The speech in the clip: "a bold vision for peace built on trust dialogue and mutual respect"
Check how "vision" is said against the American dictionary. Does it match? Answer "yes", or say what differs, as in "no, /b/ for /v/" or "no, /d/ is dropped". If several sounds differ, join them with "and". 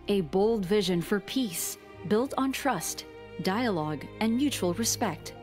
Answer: yes